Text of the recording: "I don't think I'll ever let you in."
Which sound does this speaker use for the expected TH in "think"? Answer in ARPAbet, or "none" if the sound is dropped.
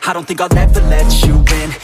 TH